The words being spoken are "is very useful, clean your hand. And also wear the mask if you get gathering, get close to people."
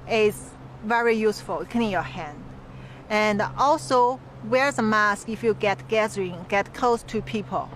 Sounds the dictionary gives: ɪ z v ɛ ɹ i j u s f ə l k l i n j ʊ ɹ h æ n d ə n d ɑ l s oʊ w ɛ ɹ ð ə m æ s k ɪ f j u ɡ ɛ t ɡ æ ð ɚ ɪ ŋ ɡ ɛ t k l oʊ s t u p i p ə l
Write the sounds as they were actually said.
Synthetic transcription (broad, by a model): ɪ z v ɛ ɹ i j u s f ə l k n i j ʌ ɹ h æ n d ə n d ɑ l s oʊ w ɛ ɹ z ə m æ s k ɪ f j u ɡ ɛ t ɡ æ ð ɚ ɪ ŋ ɡ ɛ t k l oʊ s t u p i p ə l